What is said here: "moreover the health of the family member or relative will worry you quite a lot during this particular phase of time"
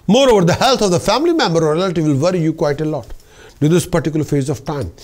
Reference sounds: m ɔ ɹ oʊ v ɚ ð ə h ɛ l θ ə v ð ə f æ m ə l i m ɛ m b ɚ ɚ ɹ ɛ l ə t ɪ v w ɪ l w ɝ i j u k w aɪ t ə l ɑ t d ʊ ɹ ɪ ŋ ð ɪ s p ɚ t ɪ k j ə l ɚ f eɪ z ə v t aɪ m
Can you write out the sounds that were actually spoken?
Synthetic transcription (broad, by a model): m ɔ ɹ oʊ v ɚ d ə h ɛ l t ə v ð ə f æ m ə l i m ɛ m b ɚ ɚ ɹ ɛ l ə t ɪ v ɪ l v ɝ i j u k w aɪ t ə l ɑ t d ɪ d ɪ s p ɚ t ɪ k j l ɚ f eɪ z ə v t aɪ m